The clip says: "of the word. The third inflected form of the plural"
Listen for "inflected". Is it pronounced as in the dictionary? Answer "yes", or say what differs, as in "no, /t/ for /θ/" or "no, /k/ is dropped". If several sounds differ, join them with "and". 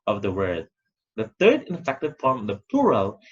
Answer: no, /l/ is dropped